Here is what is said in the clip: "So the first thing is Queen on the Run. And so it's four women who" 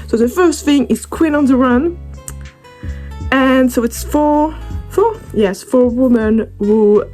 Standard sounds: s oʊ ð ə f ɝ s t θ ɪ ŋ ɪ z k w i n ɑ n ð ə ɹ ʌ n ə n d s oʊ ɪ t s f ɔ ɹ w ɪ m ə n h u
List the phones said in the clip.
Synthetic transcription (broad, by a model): s oʊ ð ə f ɝ s t θ ɪ ŋ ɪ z k w i n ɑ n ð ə ɹ ʌ n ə n s oʊ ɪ t s f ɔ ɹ w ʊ m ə n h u